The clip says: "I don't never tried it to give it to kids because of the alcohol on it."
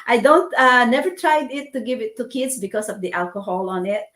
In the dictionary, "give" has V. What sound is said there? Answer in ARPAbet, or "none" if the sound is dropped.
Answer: V